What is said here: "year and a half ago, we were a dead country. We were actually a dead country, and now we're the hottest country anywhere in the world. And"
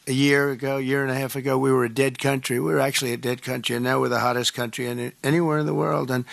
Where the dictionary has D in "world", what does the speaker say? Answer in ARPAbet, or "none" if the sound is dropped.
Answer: D